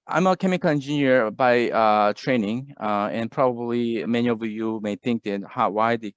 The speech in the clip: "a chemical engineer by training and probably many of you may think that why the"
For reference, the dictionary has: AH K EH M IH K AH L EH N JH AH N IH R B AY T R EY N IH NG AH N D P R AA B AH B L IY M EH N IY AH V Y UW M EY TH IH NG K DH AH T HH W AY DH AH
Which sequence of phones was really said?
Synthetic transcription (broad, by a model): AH K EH M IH K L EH N JH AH N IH R B AY T R EY N IH NG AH N P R AA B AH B L IY M EH N IY AH V Y UW M EY TH IH NG K DH AH T HH W AY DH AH